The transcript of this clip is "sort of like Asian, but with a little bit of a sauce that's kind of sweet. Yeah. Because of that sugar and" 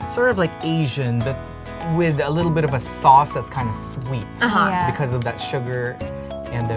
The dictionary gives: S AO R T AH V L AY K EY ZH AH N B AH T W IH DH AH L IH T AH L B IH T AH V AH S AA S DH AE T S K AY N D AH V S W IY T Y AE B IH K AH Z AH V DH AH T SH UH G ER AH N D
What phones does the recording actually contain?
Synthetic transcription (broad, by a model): S AO R T AH V L AY K EY ZH AH N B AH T W IH DH AH L IH T L B IH T AH V AH S AA S DH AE T S K AY N D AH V S W IY T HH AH B IH K AH Z AH V DH AH T SH UH G ER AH N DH